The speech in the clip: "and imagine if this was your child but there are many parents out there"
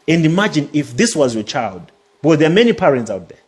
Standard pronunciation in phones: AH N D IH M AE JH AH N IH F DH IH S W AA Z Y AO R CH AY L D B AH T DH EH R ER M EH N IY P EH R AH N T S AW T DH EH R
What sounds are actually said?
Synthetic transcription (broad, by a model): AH N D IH M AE JH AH N IH F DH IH S W AA Z Y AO CH AY L D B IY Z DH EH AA M EH N IY P EH R AH N T S AW T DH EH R